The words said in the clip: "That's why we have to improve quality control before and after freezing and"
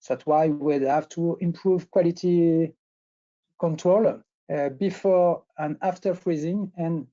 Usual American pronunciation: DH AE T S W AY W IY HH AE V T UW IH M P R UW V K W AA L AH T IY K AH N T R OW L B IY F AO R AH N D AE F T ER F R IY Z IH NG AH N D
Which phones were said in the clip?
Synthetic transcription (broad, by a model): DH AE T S W AY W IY HH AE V T UW IH M P R UW V K W AA L AH T IY K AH N T R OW L B IY F AO R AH N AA F T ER F R IY Z IH NG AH N